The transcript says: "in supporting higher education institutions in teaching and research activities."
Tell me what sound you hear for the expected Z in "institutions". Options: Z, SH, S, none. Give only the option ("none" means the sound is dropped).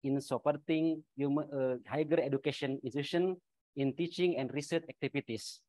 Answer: none